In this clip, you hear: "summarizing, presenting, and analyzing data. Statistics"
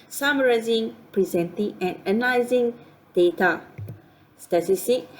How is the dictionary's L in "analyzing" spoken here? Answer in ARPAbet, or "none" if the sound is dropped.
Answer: none